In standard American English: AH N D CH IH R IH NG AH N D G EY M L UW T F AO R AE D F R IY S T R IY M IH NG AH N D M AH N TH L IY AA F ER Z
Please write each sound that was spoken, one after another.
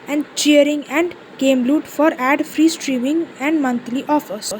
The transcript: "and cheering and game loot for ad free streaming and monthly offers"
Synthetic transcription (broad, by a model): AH N D CH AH R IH NG AH N D G EY M L UW T F AO R AE D F R IY S T R IY M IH NG AH N D M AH N T L IY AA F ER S